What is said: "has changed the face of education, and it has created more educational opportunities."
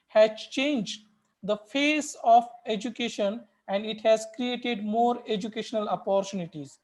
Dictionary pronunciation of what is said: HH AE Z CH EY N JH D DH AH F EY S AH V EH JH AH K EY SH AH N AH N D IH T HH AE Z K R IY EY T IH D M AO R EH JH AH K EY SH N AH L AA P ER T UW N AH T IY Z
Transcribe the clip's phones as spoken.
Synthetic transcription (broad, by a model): HH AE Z CH EY N JH D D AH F EY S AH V EH JH AH K EY SH AH N AH N D IH T HH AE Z K R IY EY T IH D M AO R EH JH AH K EY SH N AH L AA P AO T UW N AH T IY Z